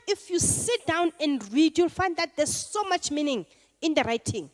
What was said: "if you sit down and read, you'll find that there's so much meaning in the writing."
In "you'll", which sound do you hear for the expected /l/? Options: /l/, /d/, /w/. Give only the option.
/l/